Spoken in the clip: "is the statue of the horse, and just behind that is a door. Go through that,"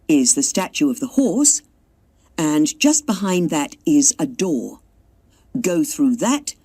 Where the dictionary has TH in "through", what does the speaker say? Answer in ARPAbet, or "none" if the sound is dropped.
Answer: TH